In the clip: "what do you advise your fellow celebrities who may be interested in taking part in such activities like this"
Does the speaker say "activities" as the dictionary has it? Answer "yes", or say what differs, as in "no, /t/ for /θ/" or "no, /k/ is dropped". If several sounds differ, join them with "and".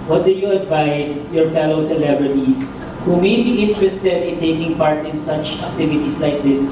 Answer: no, /s/ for /z/